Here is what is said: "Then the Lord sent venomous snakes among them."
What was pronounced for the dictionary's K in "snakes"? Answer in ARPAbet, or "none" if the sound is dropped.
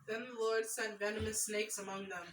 K